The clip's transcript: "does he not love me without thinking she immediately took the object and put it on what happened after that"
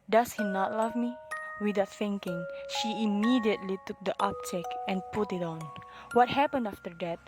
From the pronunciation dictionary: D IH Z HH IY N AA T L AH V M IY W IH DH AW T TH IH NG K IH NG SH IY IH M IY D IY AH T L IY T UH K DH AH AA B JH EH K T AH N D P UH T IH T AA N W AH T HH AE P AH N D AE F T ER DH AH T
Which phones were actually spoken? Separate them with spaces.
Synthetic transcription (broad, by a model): D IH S HH IY N AA T L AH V M IY W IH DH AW T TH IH NG K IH NG SH IY IH M IY D IY AH T L IY T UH K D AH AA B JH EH K AH N P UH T IH T AA N W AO T HH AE P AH N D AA F T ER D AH T